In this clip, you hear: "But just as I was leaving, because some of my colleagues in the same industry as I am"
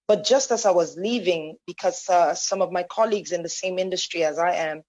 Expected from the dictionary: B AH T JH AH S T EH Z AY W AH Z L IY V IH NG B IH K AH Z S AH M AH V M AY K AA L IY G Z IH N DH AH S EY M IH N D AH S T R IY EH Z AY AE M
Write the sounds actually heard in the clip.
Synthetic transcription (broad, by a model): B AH T JH AH S T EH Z AY W AH Z L IY V IH NG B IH K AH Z S AH M AH V M AY K AA L IY G Z IH N DH AH S EY M IH N D AH S T R IY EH Z AY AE M